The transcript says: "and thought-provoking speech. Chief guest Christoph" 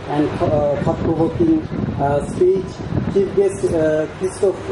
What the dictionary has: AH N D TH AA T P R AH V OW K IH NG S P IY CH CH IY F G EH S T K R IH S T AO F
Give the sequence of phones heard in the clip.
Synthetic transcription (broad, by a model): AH N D S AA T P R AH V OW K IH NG S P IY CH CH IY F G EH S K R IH S T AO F